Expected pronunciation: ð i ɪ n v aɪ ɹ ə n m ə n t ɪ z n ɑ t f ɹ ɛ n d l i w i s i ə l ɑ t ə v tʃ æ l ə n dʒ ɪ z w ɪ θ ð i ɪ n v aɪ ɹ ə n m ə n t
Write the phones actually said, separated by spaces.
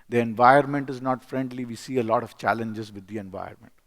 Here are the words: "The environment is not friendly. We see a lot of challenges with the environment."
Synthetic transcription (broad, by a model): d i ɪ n v aɪ ə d m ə n t ɪ z n ɑ t f ɹ ɛ n d l i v i s i ə l ɑ t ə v tʃ æ l ə n dʒ ɪ z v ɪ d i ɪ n v aɪ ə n m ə n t